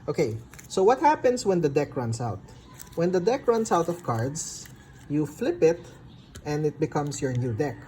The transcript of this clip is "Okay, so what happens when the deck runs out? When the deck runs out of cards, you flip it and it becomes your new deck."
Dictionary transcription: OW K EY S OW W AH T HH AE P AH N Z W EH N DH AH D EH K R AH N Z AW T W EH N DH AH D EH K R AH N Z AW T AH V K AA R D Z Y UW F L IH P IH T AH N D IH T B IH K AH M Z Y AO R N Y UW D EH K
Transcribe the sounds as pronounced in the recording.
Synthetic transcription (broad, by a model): OW K EY S OW W AH T HH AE P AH N S W EH N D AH D EH K R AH N S AW T W EH N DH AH D EH K R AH N S AW T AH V K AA R D S Y UW F L IH P IH T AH N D IH T B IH K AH M S Y AO R N Y UW D EH K